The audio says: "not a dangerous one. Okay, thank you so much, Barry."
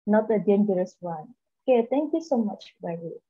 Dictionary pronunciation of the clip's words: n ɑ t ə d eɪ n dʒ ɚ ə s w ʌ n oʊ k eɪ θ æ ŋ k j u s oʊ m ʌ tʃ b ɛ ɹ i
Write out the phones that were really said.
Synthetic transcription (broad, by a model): n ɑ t ə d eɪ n dʒ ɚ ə s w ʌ n oʊ k eɪ t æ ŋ k j u s oʊ m ʌ tʃ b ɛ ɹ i